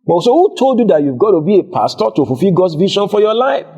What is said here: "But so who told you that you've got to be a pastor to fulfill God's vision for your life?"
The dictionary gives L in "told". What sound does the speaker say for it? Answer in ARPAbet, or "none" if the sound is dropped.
L